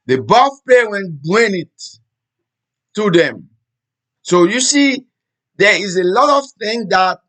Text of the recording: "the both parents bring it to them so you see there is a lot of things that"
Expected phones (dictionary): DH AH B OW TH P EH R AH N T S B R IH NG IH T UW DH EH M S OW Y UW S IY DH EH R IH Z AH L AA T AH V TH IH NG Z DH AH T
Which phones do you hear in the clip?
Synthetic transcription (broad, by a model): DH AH B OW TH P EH W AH N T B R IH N IH T UW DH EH M S OW Y UW S IY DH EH IH Z AH L AA T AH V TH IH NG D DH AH T